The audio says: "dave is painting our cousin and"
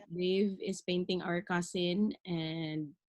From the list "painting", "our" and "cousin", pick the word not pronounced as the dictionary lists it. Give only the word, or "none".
cousin